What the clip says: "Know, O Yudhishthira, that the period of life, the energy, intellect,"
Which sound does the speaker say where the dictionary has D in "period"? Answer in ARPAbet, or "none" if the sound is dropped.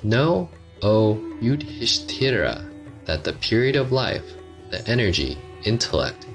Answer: D